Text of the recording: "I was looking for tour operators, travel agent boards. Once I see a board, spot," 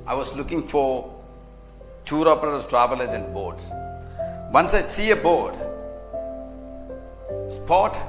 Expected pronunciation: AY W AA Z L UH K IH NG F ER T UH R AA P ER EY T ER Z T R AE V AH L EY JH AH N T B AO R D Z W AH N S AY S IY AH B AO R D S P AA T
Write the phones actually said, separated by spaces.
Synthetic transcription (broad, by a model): AY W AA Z L UH K IH NG F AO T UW R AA P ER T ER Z T R AE V AH L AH Z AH N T B AO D S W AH N S AY S IY AH B AO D S P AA T